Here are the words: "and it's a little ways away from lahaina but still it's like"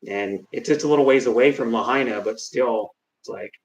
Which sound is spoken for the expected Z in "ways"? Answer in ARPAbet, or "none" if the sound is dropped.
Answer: Z